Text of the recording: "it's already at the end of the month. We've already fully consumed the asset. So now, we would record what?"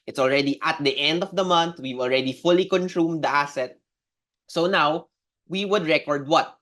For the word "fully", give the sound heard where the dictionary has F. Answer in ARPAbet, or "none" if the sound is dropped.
F